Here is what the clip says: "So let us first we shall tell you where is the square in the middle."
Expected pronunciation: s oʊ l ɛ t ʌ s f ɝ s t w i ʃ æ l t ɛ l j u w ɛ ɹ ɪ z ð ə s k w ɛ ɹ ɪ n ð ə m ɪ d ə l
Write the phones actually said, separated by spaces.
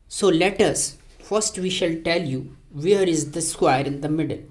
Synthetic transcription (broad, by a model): s oʊ l ɛ t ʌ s f ɝ s t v i ʃ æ l t ɛ l j u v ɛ ɹ ɪ z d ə s k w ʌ ɹ ɪ n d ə m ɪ d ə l